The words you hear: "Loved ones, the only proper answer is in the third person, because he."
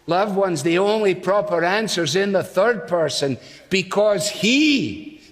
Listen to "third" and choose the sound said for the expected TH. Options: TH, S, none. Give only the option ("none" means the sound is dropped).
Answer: TH